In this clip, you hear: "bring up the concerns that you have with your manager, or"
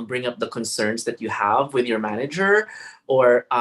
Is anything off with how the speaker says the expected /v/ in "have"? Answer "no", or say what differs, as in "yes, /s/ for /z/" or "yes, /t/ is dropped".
no